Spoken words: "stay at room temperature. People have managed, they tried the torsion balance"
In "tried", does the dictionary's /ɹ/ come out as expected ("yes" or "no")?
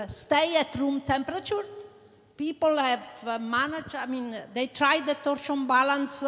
yes